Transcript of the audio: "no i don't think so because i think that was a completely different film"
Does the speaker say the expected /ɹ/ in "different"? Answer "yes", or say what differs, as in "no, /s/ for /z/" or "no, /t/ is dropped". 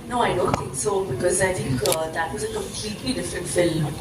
no, /ɹ/ is dropped